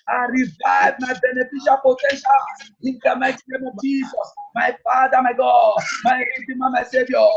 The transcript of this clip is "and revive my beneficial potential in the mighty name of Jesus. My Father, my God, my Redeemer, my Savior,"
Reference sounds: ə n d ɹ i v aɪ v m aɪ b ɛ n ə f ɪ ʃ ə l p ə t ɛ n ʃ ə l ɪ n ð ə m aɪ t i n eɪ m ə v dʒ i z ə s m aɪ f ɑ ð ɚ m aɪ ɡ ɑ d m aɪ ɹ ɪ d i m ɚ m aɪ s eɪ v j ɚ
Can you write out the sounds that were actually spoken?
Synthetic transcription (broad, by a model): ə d ɹ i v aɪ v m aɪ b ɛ n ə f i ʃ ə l p ə t ɛ n ʃ ə l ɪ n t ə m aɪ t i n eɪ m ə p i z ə m aɪ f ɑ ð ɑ m aɪ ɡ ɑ m aɪ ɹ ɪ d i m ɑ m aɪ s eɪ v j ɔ